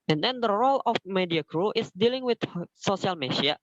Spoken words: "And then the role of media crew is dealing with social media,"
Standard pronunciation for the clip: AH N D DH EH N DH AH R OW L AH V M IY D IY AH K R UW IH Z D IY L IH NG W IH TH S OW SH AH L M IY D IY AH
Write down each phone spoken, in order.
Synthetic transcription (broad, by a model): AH N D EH N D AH R OW L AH F M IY D IY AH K R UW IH S D IY L IH NG W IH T S OW S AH L M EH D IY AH